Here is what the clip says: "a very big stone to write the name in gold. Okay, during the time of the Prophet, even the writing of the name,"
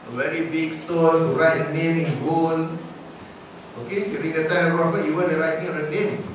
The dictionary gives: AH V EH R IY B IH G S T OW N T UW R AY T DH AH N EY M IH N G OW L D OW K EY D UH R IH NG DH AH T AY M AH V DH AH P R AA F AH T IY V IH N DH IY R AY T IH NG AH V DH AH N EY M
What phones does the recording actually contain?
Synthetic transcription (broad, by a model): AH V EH R IY B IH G S T OW N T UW R AY T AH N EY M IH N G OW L OW K EY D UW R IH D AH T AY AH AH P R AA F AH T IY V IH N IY R AY T IH NG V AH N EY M